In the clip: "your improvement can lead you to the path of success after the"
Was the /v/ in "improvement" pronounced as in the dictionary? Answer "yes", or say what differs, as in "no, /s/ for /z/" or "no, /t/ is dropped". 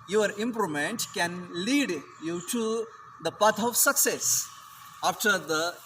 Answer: no, /v/ is dropped